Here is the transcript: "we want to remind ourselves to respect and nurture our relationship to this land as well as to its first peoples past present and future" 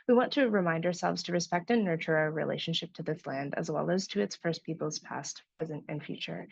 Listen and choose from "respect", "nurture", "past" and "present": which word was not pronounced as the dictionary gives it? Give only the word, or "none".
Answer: none